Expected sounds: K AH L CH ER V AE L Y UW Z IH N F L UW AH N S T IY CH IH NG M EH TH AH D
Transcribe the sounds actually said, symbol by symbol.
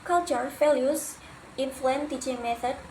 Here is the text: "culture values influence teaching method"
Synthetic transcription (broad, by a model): K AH L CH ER F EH L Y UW S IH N F L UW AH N T IY CH IH NG M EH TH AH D